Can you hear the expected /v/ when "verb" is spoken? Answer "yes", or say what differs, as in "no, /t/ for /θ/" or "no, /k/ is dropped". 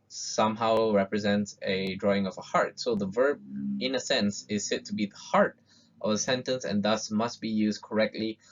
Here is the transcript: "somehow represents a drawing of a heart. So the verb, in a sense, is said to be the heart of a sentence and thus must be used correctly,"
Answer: yes